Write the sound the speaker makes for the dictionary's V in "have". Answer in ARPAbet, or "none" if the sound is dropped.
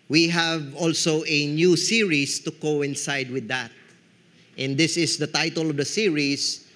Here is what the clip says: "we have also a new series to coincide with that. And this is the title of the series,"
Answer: V